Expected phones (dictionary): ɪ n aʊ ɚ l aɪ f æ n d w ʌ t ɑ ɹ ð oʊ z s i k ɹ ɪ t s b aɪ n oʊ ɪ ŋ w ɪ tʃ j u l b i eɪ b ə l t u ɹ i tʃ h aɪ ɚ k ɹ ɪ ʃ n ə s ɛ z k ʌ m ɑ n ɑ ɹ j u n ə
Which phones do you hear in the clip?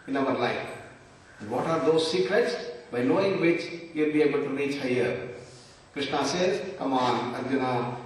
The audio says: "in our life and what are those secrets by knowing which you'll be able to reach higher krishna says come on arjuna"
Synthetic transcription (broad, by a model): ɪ n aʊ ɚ l aɪ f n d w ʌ t ɑ ɹ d oʊ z s i k ɹ ɪ t s b aɪ n oʊ ɪ ŋ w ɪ tʃ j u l b i eɪ b ə l t u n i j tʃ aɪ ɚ k ɹ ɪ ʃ n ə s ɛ k ʌ m ɑ n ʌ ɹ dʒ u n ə